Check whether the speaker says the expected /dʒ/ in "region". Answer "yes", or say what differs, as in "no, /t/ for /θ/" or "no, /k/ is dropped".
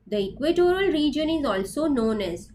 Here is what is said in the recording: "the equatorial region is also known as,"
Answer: yes